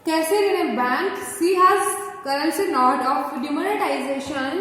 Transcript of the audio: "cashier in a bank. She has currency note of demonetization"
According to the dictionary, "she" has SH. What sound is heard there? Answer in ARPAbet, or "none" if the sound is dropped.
S